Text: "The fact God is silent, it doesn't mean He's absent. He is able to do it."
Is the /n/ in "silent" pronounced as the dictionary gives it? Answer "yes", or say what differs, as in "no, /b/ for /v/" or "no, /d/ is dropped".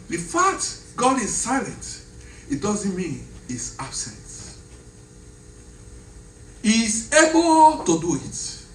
yes